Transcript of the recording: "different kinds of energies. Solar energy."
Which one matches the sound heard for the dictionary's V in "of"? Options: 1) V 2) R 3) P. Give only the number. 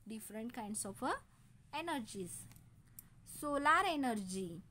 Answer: 3